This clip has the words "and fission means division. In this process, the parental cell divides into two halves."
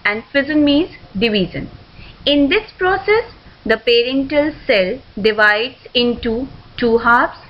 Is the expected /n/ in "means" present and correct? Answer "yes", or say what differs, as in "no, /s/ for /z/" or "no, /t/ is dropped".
no, /n/ is dropped